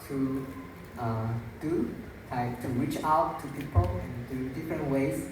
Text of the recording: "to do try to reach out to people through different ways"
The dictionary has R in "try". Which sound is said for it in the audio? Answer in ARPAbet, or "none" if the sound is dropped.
none